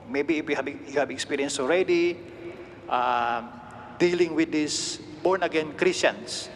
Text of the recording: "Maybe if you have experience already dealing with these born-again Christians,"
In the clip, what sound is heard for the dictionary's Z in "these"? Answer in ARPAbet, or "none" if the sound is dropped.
S